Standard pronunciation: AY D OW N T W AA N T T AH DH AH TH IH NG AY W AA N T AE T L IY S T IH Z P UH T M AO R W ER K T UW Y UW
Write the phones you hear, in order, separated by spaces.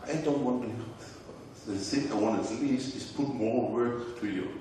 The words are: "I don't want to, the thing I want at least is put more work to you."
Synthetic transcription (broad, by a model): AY D OW N T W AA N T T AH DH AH S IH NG AY W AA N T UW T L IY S IH S P UH T M AO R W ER K T UW Y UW